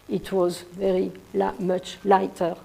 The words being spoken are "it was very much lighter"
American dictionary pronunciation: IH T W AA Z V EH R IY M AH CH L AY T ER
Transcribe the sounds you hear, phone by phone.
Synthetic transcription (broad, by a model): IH T W AA Z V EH R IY M AH CH L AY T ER